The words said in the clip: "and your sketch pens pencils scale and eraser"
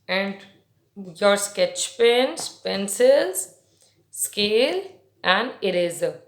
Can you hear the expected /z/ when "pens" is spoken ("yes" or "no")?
no